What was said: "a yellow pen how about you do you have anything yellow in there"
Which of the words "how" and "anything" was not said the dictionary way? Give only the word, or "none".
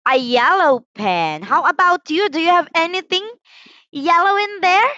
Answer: none